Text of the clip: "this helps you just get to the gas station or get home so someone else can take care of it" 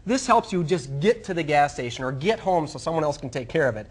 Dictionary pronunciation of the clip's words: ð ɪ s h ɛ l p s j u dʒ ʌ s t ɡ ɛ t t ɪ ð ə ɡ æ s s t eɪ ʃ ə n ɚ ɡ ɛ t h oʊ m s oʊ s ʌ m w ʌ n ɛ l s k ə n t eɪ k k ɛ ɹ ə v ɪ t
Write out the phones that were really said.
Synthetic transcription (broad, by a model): ð ɪ s h ɛ l p s j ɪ dʒ ʌ s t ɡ ɛ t t ɪ ð ə ɡ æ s s t eɪ ʃ ə n ɚ ɡ ɛ t h oʊ m s oʊ s ʌ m w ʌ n ɛ l s k n t eɪ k k ɛ ɹ ə v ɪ t